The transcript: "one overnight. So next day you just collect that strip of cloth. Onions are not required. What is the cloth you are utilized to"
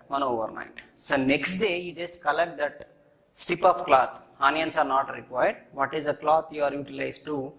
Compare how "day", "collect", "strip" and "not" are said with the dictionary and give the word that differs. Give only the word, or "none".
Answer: strip